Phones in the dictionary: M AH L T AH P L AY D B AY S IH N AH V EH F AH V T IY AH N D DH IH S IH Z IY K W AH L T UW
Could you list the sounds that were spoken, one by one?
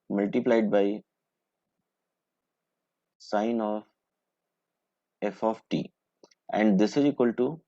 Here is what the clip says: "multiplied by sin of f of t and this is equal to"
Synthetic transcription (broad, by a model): M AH L T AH P L AY D B AY S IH N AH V EH F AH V T IY AH N D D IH S IH Z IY K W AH L T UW